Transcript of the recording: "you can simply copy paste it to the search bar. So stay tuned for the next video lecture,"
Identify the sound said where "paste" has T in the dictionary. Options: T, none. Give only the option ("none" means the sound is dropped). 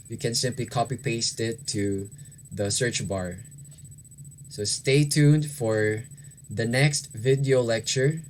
T